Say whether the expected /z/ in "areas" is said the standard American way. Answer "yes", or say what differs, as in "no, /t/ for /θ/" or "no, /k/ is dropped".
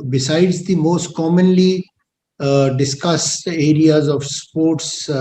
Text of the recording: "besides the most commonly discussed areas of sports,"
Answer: yes